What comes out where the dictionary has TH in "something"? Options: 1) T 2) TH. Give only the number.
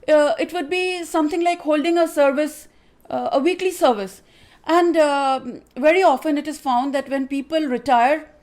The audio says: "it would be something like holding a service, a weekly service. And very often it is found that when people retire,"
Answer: 1